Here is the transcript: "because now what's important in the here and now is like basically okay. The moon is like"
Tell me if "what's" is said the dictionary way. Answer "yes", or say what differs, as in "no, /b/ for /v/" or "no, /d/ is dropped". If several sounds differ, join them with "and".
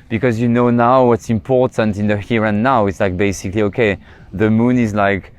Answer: yes